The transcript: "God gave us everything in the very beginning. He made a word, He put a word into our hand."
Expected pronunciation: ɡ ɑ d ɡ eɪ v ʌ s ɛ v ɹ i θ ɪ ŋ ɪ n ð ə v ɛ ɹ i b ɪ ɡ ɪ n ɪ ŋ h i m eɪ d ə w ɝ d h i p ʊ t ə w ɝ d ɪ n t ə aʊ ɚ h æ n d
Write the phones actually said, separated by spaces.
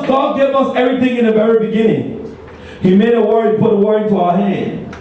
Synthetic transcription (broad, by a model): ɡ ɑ d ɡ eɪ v ʌ s ɛ v ɹ i θ ɪ ŋ ɪ n ð ə v ɛ ɹ i b ɪ ɡ ɪ n ɪ ŋ h i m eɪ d ə w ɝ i p ʊ t ə w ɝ ɪ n t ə aʊ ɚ h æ n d